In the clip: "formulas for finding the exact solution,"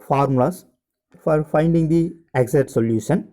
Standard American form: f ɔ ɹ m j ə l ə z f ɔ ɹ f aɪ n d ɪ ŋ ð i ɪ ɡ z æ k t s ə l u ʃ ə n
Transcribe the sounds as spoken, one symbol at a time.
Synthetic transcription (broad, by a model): f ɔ ɹ m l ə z f ɔ ɹ f aɪ n d ɪ ŋ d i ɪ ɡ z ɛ t s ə l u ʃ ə n